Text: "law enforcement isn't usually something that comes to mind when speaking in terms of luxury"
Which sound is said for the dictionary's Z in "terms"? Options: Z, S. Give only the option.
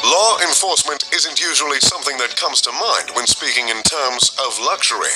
Z